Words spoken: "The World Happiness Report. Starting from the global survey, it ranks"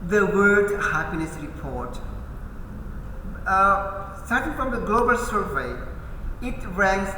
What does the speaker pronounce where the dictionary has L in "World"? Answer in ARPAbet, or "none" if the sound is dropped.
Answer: none